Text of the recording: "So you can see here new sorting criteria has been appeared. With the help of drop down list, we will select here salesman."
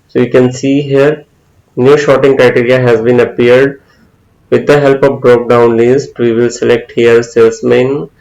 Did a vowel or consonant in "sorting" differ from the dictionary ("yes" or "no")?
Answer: yes